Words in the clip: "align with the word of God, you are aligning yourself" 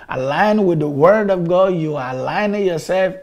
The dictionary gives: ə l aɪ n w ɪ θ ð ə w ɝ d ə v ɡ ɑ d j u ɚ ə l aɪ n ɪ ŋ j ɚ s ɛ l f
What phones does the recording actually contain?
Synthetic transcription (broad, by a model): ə l aɪ n w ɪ ð ə w ɝ d ə v ɡ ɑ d j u ɚ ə l aɪ n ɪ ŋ j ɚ s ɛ l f